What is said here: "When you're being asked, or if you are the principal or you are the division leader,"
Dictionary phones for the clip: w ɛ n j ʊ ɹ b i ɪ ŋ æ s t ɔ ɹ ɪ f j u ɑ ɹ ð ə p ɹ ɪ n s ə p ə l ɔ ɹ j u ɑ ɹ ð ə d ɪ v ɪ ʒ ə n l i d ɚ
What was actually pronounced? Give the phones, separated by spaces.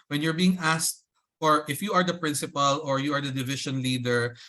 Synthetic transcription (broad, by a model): w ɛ n j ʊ ɹ b i ɪ ŋ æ s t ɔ ɹ ɪ f j u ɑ ɹ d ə p ɹ ɪ n s ə p ə l ɔ ɹ j u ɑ ɹ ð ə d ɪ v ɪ ʃ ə n l i d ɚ